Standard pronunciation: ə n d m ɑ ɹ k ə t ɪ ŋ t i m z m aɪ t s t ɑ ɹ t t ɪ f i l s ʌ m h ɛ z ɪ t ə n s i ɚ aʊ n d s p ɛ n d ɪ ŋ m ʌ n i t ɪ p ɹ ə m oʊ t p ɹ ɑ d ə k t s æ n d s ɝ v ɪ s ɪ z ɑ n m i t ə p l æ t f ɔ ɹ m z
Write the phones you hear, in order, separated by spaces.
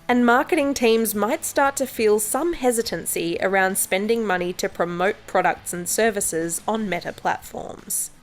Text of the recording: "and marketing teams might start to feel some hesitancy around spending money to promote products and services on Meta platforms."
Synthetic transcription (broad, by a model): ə n m ɑ ɹ k ə t ɪ ŋ t i m z m aɪ t s t ɑ ɹ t t ɪ f i l s ʌ m h ɛ z ɪ t ə n s i ɚ aʊ n d s p ɛ n d ɪ ŋ m ʌ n i t ɪ p ɹ ə m oʊ t p ɹ ɑ d ə k t s n s ɝ v ɪ s ɪ z n m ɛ t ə p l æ t f ɔ ɹ m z